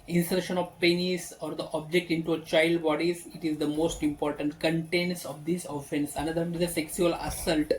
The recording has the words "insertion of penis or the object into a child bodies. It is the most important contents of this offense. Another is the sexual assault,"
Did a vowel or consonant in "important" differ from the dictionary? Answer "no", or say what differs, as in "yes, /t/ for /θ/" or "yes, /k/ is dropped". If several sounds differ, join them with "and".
no